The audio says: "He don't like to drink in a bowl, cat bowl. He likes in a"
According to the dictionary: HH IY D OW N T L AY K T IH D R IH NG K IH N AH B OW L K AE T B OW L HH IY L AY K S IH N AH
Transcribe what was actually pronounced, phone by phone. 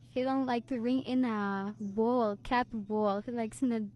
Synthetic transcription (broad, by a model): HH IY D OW N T L AY K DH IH R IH NG IH N AH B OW L K AE T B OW L HH IY L AY K S IH N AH